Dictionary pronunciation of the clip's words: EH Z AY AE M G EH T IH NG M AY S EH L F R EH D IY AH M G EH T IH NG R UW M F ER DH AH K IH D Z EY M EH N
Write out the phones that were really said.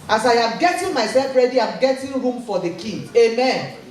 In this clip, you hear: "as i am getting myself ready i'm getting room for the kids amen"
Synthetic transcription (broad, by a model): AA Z AY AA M G EH T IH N M AY S EH L F R EH D IY AH M G EH T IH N R UW M F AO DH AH K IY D EY M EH N